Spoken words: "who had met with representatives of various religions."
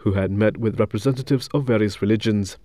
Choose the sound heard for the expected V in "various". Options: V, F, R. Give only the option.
V